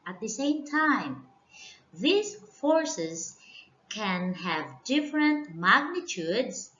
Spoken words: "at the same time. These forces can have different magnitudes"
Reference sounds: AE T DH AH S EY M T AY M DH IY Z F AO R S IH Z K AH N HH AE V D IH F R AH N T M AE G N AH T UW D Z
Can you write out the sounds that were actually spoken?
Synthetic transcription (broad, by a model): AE T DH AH S EY M T AY M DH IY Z F AO R S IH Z K AH N HH AE V D IH F R AH N T M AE G N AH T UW D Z